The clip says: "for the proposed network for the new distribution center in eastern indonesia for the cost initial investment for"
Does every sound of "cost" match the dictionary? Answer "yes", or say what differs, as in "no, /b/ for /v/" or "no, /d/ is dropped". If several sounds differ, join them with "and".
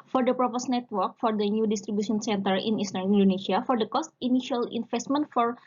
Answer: yes